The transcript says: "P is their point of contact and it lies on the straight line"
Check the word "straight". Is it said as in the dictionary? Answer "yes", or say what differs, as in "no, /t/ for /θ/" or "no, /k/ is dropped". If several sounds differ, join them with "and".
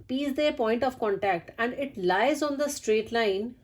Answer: yes